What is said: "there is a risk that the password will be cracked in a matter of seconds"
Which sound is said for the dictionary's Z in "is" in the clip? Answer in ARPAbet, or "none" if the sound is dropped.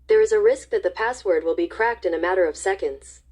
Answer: Z